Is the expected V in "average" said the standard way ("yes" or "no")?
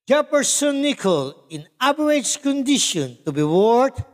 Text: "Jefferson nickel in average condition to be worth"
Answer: no